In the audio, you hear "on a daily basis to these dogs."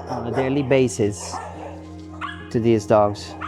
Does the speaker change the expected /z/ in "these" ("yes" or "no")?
no